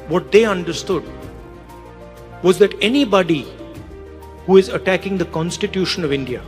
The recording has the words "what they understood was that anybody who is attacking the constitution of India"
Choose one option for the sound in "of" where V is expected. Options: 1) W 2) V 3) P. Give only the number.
2